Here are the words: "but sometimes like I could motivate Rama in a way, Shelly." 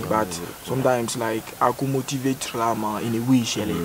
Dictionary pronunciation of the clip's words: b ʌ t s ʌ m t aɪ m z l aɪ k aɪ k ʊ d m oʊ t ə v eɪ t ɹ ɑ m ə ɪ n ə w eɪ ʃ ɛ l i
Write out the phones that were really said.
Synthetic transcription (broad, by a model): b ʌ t s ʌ m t aɪ m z l aɪ k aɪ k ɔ m oʊ t ə v eɪ t l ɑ m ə ɪ n ə w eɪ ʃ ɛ l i